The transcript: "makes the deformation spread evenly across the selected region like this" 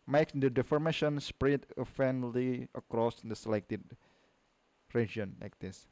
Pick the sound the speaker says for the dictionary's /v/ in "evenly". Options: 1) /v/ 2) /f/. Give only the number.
2